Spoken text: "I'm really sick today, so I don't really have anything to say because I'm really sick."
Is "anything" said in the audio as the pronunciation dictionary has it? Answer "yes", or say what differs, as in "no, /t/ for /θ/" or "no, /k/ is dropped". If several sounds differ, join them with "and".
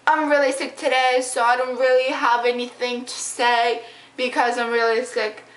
yes